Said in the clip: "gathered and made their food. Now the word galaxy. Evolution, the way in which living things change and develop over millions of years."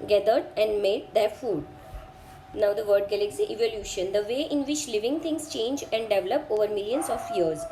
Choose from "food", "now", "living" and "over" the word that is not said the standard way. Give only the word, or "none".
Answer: none